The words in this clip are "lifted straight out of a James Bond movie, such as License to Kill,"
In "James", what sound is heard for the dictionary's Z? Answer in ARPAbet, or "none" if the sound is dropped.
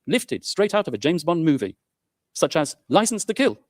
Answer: Z